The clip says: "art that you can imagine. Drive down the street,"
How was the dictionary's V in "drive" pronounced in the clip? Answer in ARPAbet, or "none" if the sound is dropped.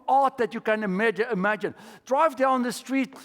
V